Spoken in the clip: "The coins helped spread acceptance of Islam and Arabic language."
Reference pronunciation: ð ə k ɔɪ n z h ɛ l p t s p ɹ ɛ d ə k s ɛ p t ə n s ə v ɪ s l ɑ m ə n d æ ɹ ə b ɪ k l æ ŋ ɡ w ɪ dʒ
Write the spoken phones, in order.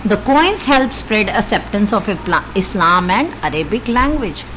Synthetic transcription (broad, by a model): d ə k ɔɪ n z h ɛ l p s p ɹ ɛ d ə k s ɛ p t ə n s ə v ɪ s l ɑ m ə n d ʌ ɹ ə b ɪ k l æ ŋ ɡ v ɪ dʒ